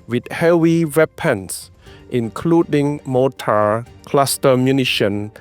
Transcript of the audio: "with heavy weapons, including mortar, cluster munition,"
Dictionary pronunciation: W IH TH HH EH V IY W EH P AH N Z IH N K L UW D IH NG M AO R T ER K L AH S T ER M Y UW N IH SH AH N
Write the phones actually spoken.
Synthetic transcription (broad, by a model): W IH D HH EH W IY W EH P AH N S IH N K L UW D IH NG M AO T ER K L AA S T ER M Y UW N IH SH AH N